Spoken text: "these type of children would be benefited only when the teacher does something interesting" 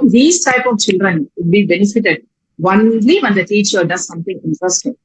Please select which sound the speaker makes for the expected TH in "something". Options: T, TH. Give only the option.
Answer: T